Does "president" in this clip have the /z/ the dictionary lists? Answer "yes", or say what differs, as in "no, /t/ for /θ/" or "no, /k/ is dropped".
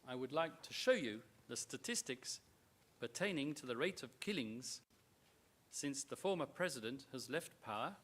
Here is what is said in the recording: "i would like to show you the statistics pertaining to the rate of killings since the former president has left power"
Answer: yes